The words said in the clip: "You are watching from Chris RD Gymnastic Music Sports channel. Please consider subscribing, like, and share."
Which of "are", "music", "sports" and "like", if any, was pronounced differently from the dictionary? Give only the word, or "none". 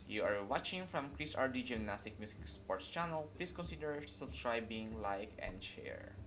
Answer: music